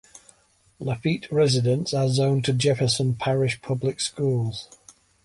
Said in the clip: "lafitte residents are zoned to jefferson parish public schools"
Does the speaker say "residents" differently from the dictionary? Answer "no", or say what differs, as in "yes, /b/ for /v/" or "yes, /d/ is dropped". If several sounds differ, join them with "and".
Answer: no